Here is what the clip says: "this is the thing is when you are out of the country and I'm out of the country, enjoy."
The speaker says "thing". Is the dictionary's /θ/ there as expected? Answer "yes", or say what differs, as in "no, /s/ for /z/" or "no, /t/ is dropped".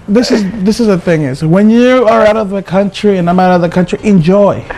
yes